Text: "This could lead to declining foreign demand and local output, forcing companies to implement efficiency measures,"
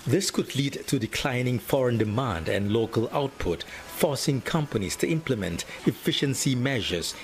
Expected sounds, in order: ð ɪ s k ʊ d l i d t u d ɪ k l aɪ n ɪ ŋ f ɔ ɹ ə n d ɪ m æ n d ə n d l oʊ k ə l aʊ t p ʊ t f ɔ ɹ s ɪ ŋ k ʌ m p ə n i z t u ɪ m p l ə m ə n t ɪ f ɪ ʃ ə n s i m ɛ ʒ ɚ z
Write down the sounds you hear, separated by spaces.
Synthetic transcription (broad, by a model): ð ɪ s k ʊ d l i d t u d ɪ k l aɪ n ɪ ŋ f ɔ ɹ ə n d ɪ m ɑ n d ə n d l oʊ k ə l aʊ t p ʊ t f ɔ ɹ s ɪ ŋ k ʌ m p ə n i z t u ɪ m p l ə m ə n t ɪ f ɪ ʃ ə n s i m ɛ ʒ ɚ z